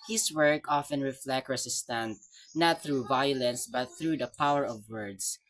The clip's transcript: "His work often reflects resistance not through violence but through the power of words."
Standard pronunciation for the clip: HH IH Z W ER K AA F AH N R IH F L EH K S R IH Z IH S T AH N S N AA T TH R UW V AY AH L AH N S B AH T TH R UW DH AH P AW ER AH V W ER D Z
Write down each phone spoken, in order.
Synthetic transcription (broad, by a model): HH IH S W ER K AA F AH N R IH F L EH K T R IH S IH S T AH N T N AA T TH R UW V AY AH L AH N S B AH T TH R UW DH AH P AW ER AH V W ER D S